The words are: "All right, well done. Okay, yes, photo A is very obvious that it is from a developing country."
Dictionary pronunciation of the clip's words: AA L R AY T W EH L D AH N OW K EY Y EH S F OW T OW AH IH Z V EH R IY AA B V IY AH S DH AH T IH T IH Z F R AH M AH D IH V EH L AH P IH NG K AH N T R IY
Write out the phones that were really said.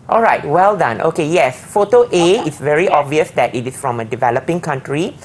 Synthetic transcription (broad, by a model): AA L R AY T W EH L D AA N OW K EY Y EH S F OW T OW AH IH S V EH R IY AA B V IY AH S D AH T IH T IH S F R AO M AH D IH V EH L AH P IH NG K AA N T R IY